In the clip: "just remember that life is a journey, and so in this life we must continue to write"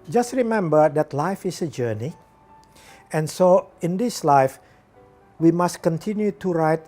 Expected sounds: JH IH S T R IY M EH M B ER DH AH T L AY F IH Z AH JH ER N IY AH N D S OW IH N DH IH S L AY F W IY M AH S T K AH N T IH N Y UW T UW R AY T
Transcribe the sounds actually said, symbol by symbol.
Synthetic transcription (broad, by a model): JH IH S T R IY M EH M B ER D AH T L AY F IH S AH JH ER N IY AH N S OW IH N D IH S L AY F W IY M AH S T K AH N T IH N Y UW T UW R AY T